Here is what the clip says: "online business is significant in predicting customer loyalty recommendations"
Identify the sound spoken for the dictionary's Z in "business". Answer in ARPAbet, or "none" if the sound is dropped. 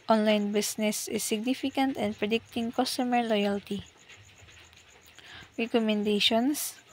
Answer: S